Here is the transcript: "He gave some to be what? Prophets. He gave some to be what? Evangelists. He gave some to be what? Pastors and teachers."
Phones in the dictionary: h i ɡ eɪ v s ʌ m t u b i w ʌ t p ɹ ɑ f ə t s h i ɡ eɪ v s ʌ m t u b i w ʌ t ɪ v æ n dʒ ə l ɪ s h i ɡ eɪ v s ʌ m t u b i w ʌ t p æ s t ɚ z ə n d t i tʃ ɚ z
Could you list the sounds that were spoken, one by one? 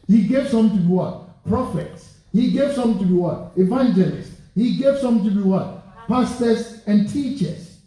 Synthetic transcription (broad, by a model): h i ɡ eɪ v s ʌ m t u b i w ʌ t p ɹ ɑ f ə t s h i ɡ eɪ v s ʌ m t u b i w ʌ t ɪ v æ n dʒ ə l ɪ s h i ɡ eɪ v s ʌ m t u b i w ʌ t p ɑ s t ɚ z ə n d t i tʃ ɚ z